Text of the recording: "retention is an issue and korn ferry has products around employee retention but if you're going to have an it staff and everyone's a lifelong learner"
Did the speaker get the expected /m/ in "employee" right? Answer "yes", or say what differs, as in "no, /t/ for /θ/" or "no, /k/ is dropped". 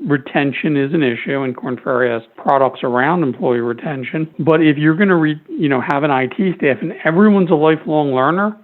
yes